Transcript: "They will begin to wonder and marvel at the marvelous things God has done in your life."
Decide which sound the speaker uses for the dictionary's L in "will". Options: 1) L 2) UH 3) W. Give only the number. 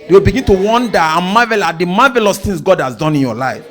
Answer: 1